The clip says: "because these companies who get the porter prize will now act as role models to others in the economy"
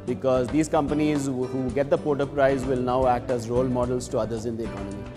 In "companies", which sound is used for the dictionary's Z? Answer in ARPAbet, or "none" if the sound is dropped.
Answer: Z